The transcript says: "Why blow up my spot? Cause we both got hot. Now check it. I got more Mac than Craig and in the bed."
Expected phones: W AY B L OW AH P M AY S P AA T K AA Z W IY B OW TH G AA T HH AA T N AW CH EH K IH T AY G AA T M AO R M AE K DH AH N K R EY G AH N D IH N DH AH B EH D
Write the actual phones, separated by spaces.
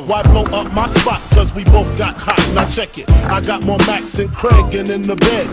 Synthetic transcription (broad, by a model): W AY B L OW AH P M AY S P AA T K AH Z W IY B OW TH G AA T HH AA T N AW CH EH K IH T AY G AA T M AO R M AE K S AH N K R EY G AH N IH N DH AH B EH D